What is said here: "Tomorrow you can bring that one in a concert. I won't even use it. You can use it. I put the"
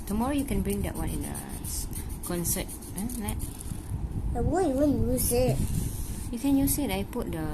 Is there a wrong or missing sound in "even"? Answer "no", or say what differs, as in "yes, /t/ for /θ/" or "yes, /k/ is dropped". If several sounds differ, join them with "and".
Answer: yes, /w/ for /v/